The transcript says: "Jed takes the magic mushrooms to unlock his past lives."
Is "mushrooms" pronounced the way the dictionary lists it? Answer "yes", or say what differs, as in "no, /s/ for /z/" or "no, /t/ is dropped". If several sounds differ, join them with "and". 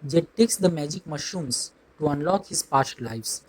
no, /ɹ/ is dropped